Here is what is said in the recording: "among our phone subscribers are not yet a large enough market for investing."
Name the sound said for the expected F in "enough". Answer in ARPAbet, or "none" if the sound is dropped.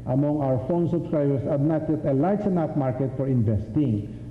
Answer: P